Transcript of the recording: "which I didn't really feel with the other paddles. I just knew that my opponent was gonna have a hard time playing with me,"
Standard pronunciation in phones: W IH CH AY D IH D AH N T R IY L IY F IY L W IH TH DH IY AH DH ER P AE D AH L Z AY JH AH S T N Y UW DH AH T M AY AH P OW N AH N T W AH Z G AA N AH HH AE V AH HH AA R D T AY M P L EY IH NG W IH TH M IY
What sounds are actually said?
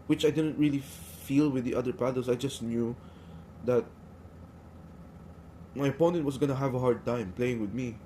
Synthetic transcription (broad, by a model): W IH CH AY D IH D AH N T R IY L IY F IY L W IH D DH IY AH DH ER P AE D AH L S AY JH AH S T N Y UW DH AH T M AY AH P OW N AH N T W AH S G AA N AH HH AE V AH HH AA R D T AY M P L EY IH NG W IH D M IY